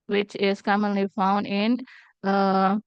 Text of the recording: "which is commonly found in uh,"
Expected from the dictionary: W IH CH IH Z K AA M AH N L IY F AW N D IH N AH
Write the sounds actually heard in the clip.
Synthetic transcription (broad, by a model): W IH CH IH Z K AA M AH N L IY F AW N D IH N